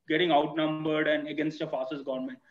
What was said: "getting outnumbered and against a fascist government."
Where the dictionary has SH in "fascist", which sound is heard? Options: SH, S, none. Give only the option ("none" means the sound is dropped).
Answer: S